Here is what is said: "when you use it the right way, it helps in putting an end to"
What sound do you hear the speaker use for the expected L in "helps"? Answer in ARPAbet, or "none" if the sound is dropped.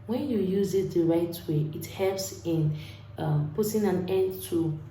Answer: L